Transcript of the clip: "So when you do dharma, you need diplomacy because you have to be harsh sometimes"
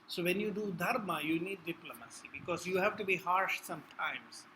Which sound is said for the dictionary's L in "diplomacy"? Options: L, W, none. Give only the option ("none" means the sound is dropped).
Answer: L